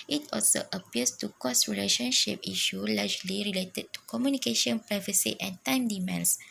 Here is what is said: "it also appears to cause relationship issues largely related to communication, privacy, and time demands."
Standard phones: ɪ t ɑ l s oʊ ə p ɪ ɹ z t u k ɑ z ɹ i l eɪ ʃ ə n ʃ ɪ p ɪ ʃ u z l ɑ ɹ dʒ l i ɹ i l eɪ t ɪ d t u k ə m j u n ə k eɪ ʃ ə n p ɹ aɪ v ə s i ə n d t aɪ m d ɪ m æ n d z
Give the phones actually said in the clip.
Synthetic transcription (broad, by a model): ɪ t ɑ l s oʊ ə p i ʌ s t u k ɑ s ɹ i l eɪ ʃ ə n ʃ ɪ p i ʃ u l ɑ dʒ l i ɹ i l eɪ t ɪ d t u k ə m j u n ə k eɪ ʃ ə n p ɹ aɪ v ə s i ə n t aɪ m d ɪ m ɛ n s